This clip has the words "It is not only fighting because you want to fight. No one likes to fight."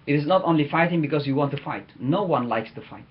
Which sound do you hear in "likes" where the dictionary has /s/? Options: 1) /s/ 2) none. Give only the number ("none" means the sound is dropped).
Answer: 1